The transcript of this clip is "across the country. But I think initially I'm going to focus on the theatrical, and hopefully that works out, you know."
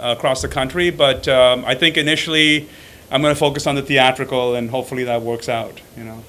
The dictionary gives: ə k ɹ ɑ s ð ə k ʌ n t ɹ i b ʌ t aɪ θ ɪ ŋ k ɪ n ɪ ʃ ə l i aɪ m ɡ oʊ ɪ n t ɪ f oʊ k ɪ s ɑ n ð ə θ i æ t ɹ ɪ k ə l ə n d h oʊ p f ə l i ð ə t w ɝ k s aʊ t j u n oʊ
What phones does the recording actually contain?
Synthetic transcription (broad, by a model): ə k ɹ ɑ s ð ə k ʌ n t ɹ i b ʌ t aɪ θ ɪ ŋ k ɪ n ɪ ʃ l i aɪ m ɡ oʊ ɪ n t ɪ f oʊ k ɪ s n ð ə θ i æ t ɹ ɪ k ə l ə n h oʊ p f l i ð ə t w ɝ k s aʊ t j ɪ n oʊ